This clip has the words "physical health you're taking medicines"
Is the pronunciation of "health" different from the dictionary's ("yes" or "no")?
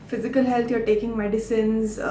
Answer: yes